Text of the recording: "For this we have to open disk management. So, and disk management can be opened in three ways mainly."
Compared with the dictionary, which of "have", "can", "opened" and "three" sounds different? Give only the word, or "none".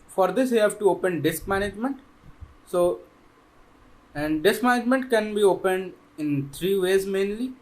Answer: three